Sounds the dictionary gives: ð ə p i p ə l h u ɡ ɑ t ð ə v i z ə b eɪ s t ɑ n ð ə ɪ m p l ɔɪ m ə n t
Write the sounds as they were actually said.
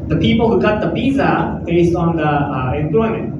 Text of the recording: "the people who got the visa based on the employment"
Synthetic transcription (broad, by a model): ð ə p i p ə l h u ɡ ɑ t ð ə p i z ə b eɪ s t ɑ n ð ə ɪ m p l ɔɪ m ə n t